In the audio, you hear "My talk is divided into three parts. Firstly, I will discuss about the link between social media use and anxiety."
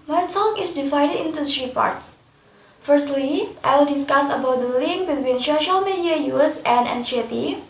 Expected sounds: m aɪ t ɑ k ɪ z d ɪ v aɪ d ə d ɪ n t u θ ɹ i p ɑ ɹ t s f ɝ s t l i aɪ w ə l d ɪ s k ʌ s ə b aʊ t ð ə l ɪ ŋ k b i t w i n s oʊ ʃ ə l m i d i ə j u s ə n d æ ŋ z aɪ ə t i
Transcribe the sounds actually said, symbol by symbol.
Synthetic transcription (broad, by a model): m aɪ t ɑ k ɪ s d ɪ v aɪ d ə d ɪ n t u s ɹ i p ɑ ɹ t s f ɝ s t l i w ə l d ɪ s k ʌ s ə b aʊ t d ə l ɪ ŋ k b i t w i n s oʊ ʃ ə l m i d i ə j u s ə n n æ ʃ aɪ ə t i